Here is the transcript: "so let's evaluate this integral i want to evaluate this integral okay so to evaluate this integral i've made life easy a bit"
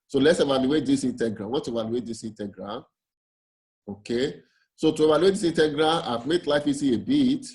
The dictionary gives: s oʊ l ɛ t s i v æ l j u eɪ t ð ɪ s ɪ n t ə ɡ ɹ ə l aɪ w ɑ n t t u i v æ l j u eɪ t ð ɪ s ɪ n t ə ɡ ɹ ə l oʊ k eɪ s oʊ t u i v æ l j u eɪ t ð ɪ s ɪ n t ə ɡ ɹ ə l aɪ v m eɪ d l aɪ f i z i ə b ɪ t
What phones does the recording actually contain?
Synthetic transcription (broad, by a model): s oʊ l ɛ t s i v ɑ l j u eɪ t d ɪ s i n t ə ɡ ɹ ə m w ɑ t t u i v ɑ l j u eɪ t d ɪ s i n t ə ɡ ɹ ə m oʊ k eɪ s oʊ t u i v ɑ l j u eɪ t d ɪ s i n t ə ɡ ɹ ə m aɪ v m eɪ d l aɪ f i s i ə b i t